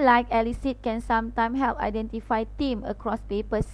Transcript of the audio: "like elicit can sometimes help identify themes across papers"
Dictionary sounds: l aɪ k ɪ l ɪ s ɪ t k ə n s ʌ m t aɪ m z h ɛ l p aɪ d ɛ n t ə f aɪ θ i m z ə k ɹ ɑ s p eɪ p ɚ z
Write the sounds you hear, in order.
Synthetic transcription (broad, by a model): l aɪ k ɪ l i s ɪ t k ə n s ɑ m t aɪ m h ɛ l p aɪ d ɛ n t ə f aɪ t i m ə k ɹ ɑ s p eɪ p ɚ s